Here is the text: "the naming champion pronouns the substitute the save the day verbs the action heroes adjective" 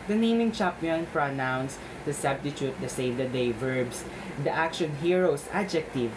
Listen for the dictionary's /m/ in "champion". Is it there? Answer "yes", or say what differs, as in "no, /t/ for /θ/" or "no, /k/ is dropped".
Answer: no, /m/ is dropped